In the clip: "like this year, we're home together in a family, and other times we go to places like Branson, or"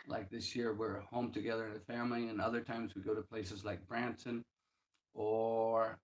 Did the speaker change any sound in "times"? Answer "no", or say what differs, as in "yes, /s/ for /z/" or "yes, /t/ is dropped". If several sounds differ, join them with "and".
no